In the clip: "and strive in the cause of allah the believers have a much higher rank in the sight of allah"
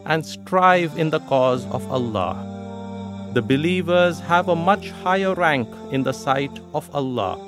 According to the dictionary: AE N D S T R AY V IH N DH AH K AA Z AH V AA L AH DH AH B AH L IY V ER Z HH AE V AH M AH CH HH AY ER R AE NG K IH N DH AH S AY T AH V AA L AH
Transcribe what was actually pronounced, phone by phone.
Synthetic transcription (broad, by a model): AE N D S T R AY V IH N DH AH K AA Z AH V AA L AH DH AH B AH L IY V ER Z HH AE V AH M AH CH HH AY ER R AE NG K IH N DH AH S AY T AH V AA L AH